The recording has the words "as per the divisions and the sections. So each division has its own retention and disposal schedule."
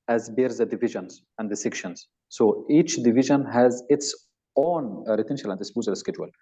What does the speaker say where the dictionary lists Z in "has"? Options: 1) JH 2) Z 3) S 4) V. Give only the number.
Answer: 2